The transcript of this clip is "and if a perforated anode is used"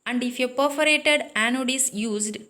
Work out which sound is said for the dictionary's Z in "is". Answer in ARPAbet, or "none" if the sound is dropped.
S